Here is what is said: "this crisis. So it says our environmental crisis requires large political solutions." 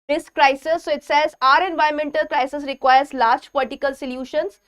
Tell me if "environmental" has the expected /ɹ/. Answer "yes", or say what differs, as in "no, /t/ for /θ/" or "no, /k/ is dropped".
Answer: no, /ɹ/ is dropped